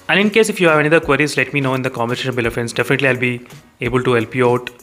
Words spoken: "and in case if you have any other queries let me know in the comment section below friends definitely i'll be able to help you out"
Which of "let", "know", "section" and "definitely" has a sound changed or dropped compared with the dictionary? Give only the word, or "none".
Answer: section